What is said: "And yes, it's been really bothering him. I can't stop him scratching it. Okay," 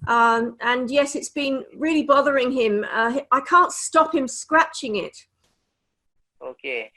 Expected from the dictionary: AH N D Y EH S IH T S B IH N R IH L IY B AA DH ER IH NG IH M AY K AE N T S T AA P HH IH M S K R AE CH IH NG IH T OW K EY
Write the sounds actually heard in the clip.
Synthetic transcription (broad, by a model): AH N Y EH S IH T S B IH N R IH L IY B AA DH ER IH NG IH M AY K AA N T S T AA P HH IH M S K R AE CH IH NG IH T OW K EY